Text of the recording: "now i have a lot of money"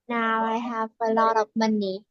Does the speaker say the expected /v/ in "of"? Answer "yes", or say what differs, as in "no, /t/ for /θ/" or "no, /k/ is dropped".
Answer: no, /p/ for /v/